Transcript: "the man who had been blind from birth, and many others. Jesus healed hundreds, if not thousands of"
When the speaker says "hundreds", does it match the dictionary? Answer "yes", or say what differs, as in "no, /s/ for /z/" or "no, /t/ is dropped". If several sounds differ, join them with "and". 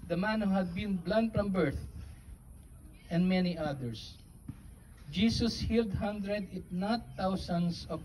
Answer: no, /z/ is dropped